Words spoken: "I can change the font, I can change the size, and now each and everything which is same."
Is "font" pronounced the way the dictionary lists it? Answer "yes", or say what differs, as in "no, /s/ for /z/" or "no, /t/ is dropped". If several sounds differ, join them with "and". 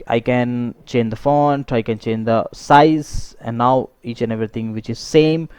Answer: yes